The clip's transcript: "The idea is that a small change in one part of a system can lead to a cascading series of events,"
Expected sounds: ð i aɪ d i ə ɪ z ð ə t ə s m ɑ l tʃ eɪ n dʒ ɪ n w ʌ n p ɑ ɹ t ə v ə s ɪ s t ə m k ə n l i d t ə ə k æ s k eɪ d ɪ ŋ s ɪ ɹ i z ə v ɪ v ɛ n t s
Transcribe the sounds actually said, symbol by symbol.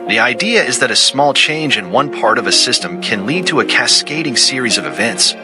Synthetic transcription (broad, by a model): ð i aɪ d i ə ɪ z ð ə t ə s m ɑ l tʃ eɪ n dʒ ɪ n w ʌ n p ɑ ɹ t ə v ə s ɪ s t ə m k ə n l i d t ə ə k æ s k eɪ d ɪ ŋ s ɪ ɹ i z ə v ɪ v ɛ n t s